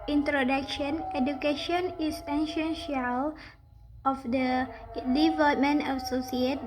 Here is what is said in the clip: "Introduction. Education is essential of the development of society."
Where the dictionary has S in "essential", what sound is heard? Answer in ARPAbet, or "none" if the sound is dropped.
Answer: SH